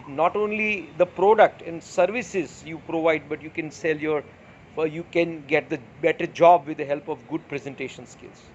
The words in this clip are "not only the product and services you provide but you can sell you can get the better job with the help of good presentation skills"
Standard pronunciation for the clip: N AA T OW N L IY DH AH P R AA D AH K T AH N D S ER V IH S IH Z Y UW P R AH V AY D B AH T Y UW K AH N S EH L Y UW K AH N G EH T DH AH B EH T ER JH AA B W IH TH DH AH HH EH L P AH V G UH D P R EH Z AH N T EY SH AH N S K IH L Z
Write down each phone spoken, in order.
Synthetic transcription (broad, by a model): N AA T OW N L IY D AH P R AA D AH K T AH N D S ER V IH S IH Z Y UW P R AH V AY D B AH T Y UW K AH N S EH L Y UW K AH N G EH T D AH B EH T ER JH AA B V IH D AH HH EH L P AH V G UH D P R EH Z AH N T EY SH AH N S K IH L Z